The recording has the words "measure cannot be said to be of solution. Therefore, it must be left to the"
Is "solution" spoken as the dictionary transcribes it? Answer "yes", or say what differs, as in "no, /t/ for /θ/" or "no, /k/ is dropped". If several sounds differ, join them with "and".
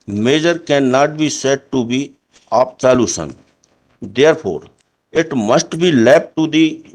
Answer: no, /s/ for /ʃ/